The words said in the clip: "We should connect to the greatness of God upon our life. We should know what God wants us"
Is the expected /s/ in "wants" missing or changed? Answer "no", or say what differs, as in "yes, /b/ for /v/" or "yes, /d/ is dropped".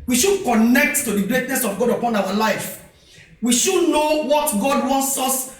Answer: no